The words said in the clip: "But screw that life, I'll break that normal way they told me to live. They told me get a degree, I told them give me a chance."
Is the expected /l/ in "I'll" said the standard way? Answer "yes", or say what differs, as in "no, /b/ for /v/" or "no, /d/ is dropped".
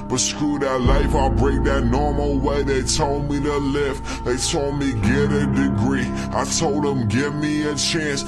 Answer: yes